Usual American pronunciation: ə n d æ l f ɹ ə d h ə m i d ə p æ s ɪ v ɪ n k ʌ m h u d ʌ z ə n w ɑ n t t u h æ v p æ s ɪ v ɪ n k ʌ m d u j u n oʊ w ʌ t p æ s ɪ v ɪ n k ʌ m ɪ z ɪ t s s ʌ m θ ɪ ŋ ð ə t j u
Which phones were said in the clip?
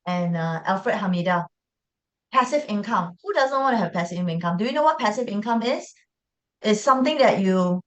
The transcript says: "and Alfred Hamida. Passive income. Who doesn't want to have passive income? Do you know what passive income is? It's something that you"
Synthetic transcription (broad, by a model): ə n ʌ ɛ l f ɹ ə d h ə m i d ə p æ s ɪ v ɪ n k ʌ m h u d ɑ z ə n w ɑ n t t u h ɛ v p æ s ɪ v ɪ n k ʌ m d u j u n oʊ w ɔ t p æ s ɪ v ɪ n k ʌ m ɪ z t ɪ s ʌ m t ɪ ŋ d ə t j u